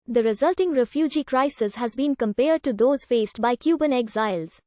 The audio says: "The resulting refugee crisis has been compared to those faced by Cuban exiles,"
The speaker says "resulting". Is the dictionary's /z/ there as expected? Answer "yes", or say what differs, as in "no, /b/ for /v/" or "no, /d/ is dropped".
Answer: yes